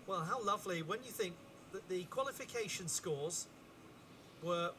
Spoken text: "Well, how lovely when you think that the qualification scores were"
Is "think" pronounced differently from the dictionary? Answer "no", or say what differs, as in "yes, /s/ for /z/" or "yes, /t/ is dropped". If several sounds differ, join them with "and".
no